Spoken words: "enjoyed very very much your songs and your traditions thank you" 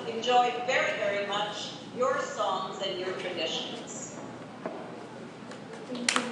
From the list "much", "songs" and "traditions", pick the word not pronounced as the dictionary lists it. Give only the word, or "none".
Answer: none